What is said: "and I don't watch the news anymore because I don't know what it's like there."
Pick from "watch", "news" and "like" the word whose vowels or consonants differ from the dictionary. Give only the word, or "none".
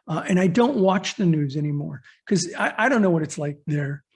none